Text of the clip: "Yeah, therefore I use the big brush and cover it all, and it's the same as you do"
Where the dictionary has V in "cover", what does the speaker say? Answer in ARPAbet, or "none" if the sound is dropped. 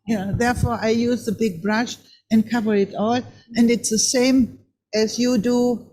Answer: V